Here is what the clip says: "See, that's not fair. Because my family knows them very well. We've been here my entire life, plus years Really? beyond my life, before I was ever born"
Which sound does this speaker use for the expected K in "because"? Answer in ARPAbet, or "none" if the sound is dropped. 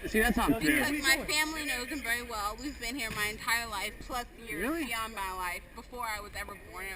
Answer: none